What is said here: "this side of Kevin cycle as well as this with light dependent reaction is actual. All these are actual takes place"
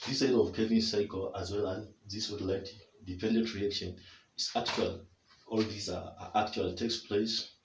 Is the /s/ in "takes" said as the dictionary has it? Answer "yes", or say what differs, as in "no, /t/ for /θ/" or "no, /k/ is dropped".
yes